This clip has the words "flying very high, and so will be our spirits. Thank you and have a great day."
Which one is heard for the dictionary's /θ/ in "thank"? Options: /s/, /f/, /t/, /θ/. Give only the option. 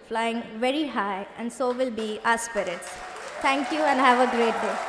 /t/